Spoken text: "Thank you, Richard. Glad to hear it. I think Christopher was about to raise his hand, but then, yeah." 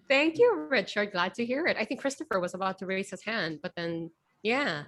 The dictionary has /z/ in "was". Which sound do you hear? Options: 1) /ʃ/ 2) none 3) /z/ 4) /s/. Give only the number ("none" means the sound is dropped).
3